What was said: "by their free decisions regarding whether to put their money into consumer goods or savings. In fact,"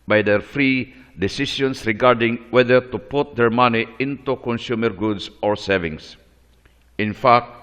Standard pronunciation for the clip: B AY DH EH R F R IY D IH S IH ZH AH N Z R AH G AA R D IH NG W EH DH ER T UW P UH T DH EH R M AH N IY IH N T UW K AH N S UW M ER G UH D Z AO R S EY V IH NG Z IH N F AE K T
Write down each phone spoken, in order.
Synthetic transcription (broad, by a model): B AY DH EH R F R IY D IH S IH SH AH N S R AH G AA R D IH NG W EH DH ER T UW P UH T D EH R M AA N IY IH N T UW K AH N S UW M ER G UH D S AO R S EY V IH NG S IH N F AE K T